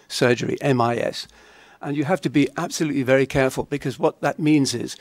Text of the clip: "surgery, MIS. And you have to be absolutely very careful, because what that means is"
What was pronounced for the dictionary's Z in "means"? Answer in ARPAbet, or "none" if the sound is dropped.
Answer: Z